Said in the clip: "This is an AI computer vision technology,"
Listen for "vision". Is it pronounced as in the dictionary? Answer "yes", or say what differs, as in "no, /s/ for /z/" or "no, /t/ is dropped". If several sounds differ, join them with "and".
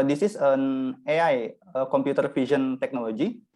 no, /f/ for /v/